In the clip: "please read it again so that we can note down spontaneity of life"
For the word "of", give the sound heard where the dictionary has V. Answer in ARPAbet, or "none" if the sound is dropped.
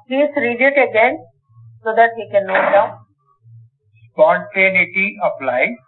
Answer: P